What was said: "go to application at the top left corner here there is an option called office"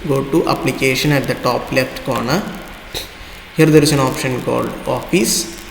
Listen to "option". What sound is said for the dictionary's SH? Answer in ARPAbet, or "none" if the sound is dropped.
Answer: SH